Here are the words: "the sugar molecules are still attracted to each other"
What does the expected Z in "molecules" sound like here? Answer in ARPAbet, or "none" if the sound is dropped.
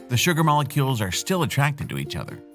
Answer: Z